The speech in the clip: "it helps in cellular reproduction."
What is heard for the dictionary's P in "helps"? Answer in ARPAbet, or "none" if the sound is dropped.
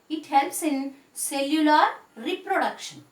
none